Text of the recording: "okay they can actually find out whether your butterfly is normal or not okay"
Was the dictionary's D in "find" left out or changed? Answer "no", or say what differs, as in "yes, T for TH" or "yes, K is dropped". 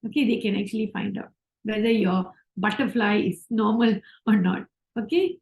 no